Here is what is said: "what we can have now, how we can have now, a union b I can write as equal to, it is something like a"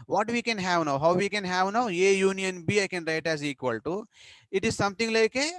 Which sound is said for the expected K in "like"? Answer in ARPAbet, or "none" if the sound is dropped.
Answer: K